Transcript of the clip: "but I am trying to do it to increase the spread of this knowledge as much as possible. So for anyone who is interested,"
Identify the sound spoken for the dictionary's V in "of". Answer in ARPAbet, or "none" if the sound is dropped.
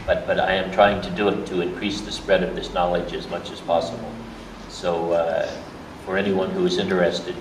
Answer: V